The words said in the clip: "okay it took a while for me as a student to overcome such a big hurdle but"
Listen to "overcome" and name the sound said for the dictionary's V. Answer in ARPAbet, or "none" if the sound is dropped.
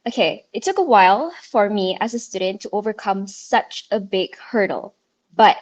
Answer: V